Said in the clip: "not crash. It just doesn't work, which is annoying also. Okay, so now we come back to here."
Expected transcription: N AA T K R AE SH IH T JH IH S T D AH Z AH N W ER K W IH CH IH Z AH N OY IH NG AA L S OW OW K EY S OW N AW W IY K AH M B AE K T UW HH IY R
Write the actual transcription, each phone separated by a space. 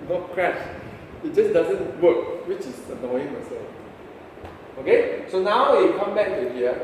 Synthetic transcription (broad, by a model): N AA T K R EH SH IH T JH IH S D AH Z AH N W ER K W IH CH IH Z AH N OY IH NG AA S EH OW K EY S OW N AW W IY K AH M B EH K T UW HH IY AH